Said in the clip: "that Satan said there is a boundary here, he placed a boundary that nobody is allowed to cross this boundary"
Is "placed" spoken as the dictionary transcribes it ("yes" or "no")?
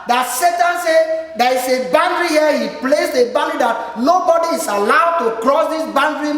no